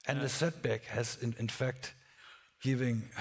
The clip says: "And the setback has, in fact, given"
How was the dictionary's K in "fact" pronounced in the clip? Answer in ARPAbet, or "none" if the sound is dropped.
K